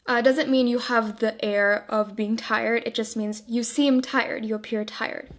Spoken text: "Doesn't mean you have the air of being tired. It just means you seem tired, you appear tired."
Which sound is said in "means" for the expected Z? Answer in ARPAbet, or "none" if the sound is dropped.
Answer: Z